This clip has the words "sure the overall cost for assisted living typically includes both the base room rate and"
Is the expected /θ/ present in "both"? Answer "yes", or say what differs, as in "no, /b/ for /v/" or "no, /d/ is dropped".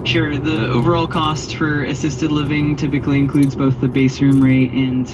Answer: yes